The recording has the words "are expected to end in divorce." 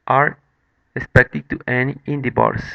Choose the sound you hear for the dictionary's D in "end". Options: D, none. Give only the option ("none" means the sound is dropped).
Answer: none